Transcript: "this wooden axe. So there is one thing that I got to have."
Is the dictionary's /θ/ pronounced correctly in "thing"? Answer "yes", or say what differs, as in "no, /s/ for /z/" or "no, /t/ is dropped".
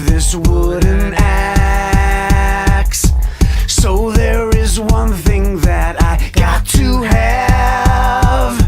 yes